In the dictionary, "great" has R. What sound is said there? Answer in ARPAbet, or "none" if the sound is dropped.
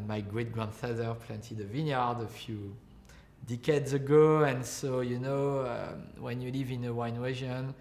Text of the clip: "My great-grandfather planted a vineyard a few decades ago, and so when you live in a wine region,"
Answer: R